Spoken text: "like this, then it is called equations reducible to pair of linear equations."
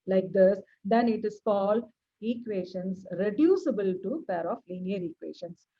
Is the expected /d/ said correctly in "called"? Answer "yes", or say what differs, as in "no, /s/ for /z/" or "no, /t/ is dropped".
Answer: no, /d/ is dropped